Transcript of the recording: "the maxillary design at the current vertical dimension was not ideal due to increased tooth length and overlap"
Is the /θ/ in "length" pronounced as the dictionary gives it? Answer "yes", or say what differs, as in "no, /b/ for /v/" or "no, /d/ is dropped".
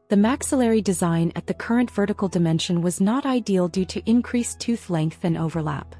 yes